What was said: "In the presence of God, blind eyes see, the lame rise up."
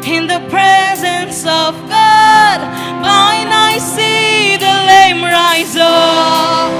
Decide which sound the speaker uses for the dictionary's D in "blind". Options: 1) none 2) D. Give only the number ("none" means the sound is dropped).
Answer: 1